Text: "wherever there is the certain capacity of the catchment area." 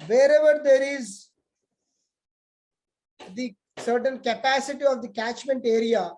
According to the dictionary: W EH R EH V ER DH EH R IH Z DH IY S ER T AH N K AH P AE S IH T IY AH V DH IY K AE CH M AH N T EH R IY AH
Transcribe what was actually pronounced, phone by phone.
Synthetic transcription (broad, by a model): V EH R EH V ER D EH R IH Z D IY S ER T AH N K AH P AE S IH T IY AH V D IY K AE CH M AH N T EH R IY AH